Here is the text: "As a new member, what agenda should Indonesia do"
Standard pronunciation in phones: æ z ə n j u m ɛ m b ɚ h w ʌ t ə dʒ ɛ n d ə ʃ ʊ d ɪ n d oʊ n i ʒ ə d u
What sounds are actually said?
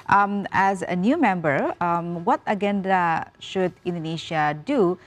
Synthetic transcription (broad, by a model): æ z ə n j u m ɛ m b ɚ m w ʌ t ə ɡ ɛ n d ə ʃ ʊ d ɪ n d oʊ n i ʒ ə d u